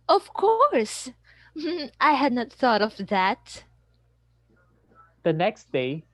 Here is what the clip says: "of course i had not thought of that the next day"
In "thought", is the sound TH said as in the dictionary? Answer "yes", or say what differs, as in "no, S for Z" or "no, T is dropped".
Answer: yes